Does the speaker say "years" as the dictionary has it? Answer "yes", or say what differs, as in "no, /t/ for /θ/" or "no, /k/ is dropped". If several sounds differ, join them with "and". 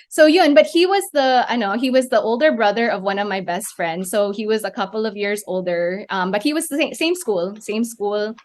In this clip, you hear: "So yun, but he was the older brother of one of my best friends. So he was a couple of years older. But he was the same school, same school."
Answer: yes